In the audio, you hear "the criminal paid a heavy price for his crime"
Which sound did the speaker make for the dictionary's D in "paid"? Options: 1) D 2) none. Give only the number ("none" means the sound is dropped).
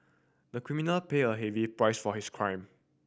2